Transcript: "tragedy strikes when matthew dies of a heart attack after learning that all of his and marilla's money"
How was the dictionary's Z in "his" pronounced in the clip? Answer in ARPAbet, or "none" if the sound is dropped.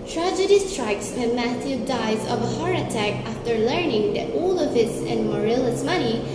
S